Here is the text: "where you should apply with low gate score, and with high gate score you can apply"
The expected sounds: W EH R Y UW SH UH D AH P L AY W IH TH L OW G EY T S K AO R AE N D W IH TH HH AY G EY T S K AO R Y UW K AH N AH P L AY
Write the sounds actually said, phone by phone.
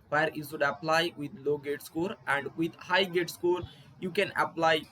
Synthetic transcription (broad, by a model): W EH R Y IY S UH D AH P L AY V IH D L OW G EY T S K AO R AE N D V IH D HH AY G EY T S K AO R Y UW K AH N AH P L AY